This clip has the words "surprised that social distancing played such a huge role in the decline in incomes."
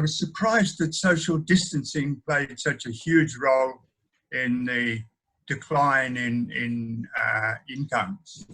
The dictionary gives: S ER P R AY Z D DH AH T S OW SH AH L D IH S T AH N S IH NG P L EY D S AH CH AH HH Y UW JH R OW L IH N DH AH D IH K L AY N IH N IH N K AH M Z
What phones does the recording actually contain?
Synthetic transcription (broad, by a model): S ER P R AY Z DH AH T S OW SH L D IH S T AH N S IH NG P L EY D S AH CH AH HH Y UW JH R OW L IH N DH AH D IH K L AY N IH N IH N K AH M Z